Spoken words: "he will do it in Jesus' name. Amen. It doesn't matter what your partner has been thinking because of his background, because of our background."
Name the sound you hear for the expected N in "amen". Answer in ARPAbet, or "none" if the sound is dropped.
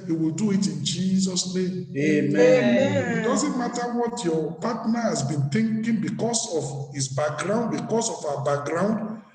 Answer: none